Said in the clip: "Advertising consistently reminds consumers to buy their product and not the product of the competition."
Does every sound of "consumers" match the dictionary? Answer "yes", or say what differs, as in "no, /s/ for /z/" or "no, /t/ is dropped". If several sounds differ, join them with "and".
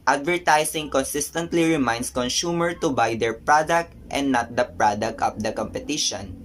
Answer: no, /z/ is dropped